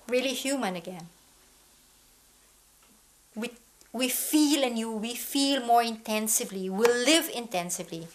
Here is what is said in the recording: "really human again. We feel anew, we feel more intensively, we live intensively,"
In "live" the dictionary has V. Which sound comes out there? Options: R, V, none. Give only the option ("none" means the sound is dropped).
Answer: V